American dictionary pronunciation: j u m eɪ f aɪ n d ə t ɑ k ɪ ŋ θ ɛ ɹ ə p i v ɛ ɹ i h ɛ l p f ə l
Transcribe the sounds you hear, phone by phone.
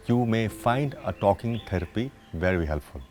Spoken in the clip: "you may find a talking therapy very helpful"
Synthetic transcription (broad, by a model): j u m eɪ f aɪ n d ə t ɑ k ɪ ŋ t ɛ ɹ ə p i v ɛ ɹ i h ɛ l p f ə l